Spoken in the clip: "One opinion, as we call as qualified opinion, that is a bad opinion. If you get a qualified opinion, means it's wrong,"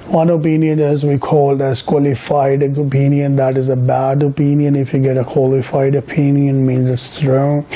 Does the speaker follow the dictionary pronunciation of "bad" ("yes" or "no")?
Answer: yes